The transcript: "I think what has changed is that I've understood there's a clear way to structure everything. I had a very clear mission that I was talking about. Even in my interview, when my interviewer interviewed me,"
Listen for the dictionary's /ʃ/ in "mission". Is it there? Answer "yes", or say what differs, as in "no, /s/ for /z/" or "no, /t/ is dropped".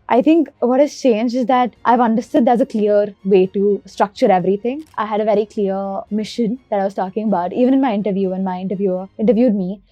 yes